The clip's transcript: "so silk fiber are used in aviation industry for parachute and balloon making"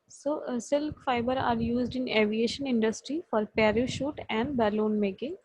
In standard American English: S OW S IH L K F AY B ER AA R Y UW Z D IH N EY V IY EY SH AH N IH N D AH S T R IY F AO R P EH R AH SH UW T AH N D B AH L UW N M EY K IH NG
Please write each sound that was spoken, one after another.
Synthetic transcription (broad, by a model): S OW S IH L K F AY B ER AA R Y UW Z D IH N EY V IY EY SH AH N IH N D AH S T R IY F AO R P EH R AH SH UW T AH N D B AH L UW N M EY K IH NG